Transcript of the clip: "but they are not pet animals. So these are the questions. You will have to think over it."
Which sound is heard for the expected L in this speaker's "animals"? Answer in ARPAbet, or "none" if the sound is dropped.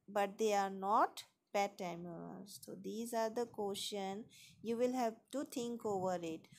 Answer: none